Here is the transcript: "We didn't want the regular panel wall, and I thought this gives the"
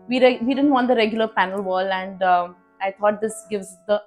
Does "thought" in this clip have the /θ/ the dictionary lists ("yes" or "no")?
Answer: no